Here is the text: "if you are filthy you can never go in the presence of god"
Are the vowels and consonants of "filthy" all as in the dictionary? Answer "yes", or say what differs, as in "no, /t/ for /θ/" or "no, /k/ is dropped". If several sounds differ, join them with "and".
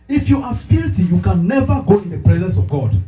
no, /t/ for /θ/